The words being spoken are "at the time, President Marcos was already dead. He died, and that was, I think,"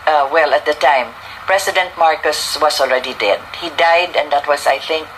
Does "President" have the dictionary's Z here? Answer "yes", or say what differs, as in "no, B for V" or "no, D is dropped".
no, S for Z